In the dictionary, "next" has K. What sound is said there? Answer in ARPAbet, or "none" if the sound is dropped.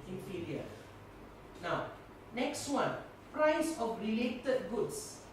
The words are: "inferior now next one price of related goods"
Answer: K